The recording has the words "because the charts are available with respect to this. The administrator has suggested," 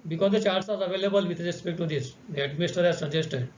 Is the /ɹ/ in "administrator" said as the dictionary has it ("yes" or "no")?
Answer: no